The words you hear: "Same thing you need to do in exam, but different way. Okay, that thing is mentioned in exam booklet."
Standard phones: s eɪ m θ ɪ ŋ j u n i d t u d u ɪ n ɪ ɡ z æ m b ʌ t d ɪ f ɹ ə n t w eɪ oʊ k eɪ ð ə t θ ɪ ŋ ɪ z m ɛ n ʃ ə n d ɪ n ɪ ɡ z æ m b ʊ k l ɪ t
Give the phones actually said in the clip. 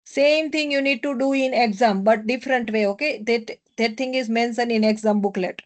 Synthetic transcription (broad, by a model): s eɪ m t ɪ ŋ j u n i d t u d u ɪ n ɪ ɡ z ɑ m b ʌ t d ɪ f ɹ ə n t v eɪ oʊ k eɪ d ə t t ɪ ŋ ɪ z m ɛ n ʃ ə n ɪ n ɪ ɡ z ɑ m b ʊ k l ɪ t